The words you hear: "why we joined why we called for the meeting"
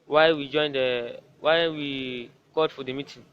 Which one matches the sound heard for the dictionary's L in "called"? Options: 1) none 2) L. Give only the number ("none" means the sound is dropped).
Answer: 1